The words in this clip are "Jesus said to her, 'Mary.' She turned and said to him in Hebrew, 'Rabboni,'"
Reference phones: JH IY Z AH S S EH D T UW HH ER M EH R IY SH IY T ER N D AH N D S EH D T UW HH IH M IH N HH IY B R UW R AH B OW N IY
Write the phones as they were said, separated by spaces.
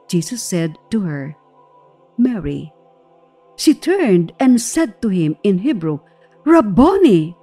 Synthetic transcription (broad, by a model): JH IY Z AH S S EH D T UW HH ER M EH R IY SH IY T ER N D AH N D S EH D T UW HH IH M IH N HH IY B R UW R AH B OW N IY